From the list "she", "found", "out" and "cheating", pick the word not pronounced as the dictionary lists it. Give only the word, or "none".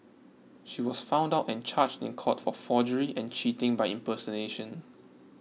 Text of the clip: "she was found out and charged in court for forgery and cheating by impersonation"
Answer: none